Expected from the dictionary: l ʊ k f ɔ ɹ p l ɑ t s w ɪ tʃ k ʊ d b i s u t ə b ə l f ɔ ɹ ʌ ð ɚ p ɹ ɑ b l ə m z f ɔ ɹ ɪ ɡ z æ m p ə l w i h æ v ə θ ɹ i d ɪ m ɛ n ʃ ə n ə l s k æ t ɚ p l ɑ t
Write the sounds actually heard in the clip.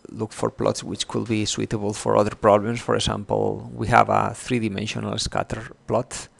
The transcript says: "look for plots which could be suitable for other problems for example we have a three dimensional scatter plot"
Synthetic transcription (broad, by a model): l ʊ k f ɔ ɹ p l ɑ t s w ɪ tʃ k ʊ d b i s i t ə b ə l f ɔ ɹ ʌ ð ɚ p ɹ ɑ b l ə m s f ɔ ɹ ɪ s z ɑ m p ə l w i h æ v ə θ ɹ i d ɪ m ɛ n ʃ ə n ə l s k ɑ t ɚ p l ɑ t